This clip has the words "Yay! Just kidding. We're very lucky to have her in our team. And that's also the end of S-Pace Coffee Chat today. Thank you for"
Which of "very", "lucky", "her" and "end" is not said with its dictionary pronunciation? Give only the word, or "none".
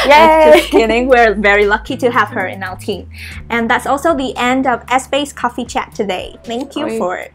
none